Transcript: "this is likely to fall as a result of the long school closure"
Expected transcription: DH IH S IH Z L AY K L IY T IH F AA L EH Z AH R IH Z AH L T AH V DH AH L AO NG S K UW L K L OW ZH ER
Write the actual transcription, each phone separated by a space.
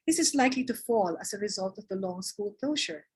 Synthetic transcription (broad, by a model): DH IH S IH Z L AY K L IY T IH F AA L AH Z AH R IH Z AH L T AH V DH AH L AO NG S K UW L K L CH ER